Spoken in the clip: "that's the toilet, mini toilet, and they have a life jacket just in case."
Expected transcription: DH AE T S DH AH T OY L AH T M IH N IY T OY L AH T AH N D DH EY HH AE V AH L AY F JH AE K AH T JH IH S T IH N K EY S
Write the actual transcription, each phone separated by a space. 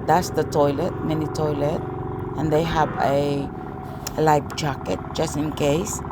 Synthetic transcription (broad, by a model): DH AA T S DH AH T OY L AH T M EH N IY T OY L AH T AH N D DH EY HH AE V AH L AY P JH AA K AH T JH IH S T IH N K EY S